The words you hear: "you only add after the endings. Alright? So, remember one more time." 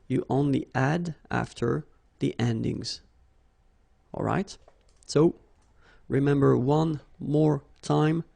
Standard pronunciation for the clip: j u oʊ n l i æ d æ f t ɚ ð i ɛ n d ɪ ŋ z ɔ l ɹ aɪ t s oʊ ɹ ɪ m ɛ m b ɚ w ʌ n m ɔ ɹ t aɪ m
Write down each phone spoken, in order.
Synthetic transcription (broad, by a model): j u oʊ n l i æ d æ f t ɚ ð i ɛ n d ɪ ŋ z ɔ l ɹ aɪ t s oʊ ɹ ɪ m ɛ m b ɚ w ʌ n m ɔ ɹ t aɪ m